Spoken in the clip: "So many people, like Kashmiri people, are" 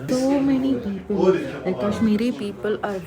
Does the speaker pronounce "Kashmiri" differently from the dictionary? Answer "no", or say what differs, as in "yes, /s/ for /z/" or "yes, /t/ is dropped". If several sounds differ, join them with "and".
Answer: yes, /s/ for /ʃ/